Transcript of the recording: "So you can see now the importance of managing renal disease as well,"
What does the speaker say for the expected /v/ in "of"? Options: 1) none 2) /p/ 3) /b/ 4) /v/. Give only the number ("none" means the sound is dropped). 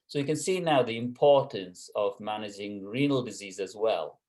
4